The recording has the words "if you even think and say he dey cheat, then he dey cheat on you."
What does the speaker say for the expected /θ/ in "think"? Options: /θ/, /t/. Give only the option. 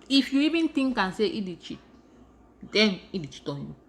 /t/